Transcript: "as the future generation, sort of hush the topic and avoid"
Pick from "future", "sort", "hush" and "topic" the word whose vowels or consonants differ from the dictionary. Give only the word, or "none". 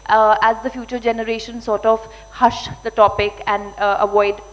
none